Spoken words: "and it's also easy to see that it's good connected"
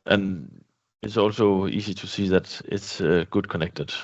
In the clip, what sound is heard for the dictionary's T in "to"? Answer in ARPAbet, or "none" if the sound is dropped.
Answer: T